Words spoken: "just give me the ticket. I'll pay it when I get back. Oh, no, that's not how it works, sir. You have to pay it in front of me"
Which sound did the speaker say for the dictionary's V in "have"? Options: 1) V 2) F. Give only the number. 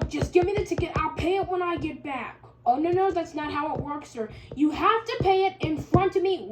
2